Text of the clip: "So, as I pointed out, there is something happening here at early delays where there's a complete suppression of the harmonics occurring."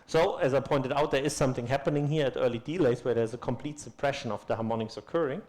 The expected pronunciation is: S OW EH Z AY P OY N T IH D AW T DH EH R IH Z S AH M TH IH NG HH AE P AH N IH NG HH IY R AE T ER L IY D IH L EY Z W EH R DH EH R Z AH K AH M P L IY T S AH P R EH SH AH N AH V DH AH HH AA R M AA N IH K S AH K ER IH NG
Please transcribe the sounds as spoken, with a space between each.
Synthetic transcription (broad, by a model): S OW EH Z AY P OY N T IH D AW T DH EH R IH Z S AH M TH IH NG HH AE P AH N IH NG HH IY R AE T ER L IY D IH L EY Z W EH R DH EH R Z AH K AH M P L IY T S AH P R EH SH AH N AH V DH AH HH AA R M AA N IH K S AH K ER IH NG